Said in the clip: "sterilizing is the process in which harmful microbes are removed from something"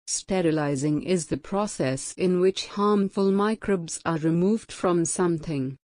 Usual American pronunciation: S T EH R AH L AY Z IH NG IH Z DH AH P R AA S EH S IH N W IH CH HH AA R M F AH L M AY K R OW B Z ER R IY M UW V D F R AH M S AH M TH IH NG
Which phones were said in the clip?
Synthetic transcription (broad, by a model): S T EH R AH L AY Z IH NG IH Z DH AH P R AA S EH S IH N W IH CH HH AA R M F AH L M AY K R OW B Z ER R IY M UW V D F R AH M S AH M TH IH NG